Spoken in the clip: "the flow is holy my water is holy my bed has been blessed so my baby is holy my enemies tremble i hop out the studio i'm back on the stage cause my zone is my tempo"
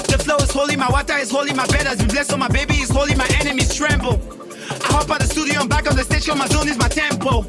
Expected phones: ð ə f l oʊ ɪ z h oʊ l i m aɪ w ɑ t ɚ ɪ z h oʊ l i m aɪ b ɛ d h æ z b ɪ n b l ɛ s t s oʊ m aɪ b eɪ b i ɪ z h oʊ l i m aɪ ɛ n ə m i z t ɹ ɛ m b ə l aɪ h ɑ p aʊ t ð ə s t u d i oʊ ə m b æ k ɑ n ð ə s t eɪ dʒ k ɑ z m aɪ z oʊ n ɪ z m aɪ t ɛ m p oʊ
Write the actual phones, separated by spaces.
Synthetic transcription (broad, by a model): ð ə f l oʊ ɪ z h oʊ l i m aɪ w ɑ t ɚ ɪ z h oʊ l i m aɪ b ɛ d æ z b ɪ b l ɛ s s oʊ m aɪ b eɪ b i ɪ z h oʊ l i m aɪ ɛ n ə m i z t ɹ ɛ m b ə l aɪ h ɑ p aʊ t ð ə s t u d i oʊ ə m b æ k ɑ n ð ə s t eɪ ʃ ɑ m aɪ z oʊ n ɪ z m aɪ t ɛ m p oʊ